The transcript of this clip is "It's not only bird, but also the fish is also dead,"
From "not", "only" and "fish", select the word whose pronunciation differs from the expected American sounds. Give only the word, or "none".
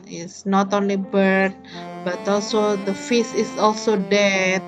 fish